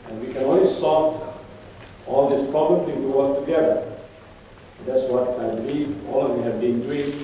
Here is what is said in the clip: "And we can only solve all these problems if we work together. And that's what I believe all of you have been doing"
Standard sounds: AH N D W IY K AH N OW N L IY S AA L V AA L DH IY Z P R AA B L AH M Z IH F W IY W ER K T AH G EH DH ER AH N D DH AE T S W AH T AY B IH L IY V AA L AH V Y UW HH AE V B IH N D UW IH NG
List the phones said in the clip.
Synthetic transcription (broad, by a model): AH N W IY K AH N OW N L IY S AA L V AA L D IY S P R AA B L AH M IH P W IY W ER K T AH G EH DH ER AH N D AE T S W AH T AY B IH L IY V AA L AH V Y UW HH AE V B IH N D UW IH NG